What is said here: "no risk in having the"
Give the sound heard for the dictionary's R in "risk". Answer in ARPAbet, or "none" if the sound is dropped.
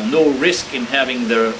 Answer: R